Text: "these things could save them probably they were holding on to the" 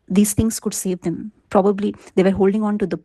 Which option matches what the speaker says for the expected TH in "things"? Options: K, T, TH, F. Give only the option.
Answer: T